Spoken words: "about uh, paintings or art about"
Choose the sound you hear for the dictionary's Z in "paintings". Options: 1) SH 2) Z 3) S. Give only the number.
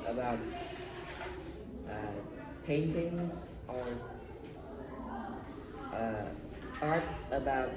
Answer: 2